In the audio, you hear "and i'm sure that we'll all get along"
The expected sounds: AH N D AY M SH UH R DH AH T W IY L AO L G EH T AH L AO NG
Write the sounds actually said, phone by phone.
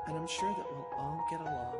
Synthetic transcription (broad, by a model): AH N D AY M SH UH R DH AH T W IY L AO N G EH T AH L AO